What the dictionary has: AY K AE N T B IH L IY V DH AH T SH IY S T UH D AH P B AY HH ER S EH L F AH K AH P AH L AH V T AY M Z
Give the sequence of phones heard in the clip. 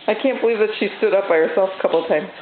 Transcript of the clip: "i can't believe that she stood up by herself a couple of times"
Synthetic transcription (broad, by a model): AY K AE N B IH L IY V DH AH T SH IY S T UH D AH P B AY HH ER S EH L F AH K AH P L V T AY M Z